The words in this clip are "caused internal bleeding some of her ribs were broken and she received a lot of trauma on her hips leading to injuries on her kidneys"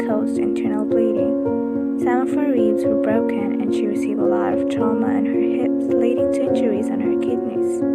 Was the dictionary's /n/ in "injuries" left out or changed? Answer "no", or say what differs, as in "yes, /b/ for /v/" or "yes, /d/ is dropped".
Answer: yes, /n/ is dropped